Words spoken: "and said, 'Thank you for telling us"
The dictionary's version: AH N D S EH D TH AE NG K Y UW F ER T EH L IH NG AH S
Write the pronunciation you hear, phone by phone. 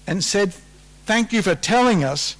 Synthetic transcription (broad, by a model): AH N S EH D TH AE NG K Y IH F ER T EH L IH NG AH S